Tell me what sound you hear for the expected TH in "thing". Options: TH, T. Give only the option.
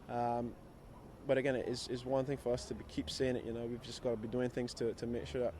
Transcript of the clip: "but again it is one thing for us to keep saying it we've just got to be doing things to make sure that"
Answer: TH